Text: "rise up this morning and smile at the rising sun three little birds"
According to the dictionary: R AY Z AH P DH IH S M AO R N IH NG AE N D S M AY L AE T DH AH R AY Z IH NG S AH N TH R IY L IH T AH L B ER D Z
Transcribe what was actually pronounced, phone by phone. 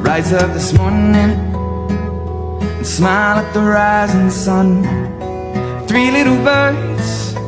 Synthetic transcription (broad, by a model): R AY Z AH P DH IH S M AO R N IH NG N S M AY L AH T DH AH R AY Z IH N S AH N TH R IY L IH T L B ER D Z